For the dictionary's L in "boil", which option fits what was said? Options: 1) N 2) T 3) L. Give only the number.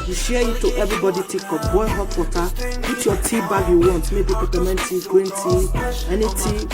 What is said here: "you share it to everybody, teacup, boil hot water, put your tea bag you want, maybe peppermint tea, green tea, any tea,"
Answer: 1